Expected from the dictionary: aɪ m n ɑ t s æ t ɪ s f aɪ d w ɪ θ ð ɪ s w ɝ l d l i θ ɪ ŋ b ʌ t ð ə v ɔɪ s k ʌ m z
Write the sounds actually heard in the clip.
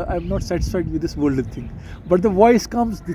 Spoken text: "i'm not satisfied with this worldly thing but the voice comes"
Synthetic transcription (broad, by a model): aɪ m n ɑ t s æ t ɪ s f aɪ d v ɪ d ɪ s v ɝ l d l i t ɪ ŋ b ʌ t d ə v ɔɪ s k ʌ m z